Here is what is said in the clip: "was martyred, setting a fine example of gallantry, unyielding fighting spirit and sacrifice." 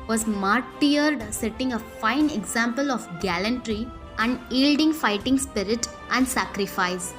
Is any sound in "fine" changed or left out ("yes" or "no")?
no